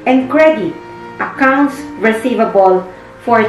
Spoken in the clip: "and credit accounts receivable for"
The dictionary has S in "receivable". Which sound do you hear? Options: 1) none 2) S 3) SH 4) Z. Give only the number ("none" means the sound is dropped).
2